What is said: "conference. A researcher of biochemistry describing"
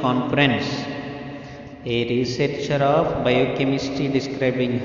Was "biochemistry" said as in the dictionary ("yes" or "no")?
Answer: no